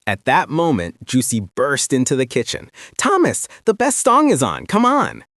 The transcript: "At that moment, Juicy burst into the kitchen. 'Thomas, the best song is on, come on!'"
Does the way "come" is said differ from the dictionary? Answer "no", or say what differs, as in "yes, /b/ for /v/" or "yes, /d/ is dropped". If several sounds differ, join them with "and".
no